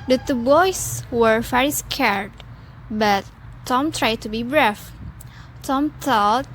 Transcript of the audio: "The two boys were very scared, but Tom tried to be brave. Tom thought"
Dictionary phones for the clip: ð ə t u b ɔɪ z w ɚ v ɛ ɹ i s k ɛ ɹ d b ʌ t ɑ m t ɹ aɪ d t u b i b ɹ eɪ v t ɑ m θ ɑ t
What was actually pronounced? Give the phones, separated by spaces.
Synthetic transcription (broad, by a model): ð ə t u b ɔɪ s w ɚ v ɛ ɹ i s k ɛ ɹ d b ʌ t ɑ m t ɹ aɪ d t u b i b ɹ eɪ f t ɑ m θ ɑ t